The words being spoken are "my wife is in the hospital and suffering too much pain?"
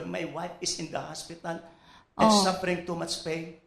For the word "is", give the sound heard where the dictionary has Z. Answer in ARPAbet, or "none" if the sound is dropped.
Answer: S